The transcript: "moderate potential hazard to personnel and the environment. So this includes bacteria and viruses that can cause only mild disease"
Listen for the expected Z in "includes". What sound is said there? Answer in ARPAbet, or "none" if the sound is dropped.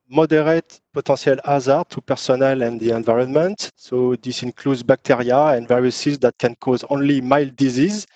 Z